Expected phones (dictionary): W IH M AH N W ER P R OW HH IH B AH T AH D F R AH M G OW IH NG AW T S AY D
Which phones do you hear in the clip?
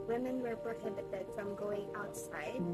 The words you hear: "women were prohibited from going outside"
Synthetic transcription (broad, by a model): W IH M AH N W ER B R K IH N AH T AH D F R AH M G OW IH NG AW T S AY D